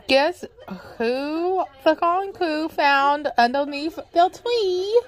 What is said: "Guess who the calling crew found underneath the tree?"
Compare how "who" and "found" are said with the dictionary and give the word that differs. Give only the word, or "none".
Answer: none